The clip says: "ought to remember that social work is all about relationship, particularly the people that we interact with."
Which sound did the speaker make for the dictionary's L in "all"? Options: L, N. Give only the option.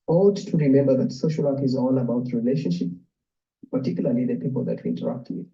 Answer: N